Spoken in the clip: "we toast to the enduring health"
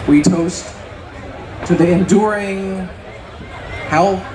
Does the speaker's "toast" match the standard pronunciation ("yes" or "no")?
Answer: yes